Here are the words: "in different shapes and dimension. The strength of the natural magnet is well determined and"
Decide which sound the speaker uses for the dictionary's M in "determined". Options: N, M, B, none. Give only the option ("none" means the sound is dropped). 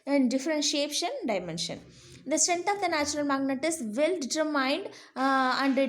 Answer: none